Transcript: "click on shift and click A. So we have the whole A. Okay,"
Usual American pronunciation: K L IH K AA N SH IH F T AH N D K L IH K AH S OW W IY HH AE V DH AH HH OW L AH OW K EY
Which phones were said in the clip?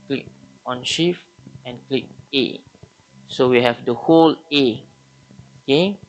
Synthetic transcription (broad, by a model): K L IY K AA N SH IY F AH N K L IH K AH S OW W IY HH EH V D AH HH OW L AH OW K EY